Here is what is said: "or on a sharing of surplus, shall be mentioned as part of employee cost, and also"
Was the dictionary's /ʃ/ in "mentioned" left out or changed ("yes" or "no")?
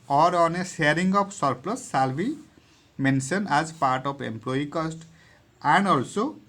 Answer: yes